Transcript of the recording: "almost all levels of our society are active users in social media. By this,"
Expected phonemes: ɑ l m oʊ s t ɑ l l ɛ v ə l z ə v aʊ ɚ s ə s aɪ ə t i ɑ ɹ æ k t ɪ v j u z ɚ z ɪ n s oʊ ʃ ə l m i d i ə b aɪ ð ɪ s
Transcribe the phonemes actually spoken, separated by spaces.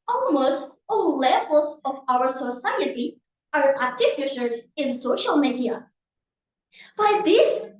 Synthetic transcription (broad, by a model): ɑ l m oʊ s t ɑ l l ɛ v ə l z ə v aʊ ɚ s ə s aɪ ə t i ɑ ɹ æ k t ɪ f j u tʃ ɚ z ɪ n s oʊ ʃ ə l m i d i ə b aɪ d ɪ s